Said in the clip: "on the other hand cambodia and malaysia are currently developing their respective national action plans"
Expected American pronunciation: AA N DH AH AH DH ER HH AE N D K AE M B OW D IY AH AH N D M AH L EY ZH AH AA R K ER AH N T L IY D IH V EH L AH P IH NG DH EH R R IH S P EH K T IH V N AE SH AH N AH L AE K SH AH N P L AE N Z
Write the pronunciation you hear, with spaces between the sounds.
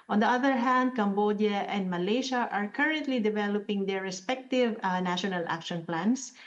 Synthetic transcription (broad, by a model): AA N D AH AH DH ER HH AE N D K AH M B OW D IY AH AH N D M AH L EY SH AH AA R K ER AH N T L IY D IH V EH L AH P IH NG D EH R R IH S P EH K T IH V N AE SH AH N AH L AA K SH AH N P L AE N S